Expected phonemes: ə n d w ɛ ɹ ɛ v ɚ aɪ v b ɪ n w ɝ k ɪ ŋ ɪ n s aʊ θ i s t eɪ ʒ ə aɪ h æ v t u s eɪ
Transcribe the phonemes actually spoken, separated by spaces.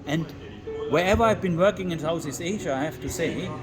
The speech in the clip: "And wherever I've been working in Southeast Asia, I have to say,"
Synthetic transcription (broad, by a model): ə n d w ɛ ɹ ɛ v ɚ aɪ v b ɪ n w ɝ k ɪ ŋ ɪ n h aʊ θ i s eɪ ʒ ə aɪ h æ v t u s eɪ